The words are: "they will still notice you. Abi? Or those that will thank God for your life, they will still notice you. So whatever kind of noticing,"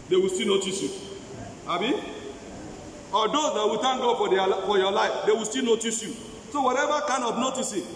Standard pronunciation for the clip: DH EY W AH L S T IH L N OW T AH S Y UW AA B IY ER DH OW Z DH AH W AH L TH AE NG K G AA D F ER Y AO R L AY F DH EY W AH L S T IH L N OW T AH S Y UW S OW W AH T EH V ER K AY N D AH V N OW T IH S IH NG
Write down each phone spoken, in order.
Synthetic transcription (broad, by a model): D EY W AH S T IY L N OW T AH S Y UW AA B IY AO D OW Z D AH W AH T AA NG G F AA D F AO Y AO L AY F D EY W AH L S T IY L N OW T AH S Y UW S OW W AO T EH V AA K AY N AH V N OW T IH S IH